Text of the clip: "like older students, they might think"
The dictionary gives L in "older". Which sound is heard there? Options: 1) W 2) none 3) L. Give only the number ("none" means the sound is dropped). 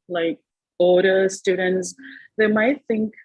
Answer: 2